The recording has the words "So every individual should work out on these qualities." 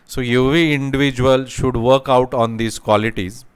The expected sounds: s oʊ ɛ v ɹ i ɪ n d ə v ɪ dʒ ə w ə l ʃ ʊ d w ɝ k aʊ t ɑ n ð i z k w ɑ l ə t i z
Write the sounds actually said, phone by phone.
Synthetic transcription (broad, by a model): s oʊ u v i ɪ n d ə v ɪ dʒ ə ə l ʃ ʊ d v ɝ k aʊ t ɑ n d i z k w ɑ l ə t i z